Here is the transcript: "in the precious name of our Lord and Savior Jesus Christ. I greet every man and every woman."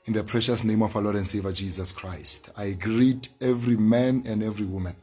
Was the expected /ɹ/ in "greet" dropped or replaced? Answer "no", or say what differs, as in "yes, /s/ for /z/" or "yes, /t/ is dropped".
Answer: no